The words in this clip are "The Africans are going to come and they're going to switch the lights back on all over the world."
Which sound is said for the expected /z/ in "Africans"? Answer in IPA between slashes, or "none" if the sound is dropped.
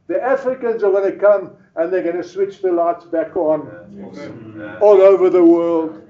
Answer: /z/